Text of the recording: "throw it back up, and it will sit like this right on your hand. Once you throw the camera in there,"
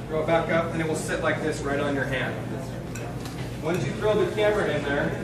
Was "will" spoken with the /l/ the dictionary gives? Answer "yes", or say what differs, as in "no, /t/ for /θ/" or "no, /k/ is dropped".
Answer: yes